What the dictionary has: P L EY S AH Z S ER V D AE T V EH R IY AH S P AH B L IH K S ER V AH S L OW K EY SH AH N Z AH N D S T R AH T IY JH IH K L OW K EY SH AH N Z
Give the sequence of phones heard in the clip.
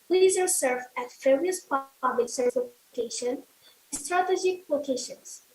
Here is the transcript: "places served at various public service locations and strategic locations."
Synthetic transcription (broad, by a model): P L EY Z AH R S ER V AE T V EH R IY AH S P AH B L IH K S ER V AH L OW K EY AH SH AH N S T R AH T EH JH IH K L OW K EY SH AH N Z